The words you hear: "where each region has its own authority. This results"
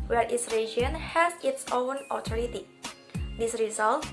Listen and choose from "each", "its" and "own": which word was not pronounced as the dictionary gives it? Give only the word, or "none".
each